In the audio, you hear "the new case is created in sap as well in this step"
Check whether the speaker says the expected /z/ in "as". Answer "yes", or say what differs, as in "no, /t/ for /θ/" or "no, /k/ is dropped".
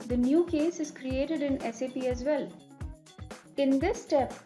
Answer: yes